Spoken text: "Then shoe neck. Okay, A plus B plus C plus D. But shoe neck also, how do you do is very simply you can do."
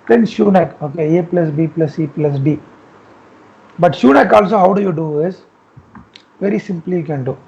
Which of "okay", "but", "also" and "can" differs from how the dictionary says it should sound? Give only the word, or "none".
none